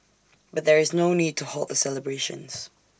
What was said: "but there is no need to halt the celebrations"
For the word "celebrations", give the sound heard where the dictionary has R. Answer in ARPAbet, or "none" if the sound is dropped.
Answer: R